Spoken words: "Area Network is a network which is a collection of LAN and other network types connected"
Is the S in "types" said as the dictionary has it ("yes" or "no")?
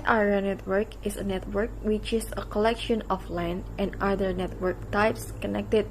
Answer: yes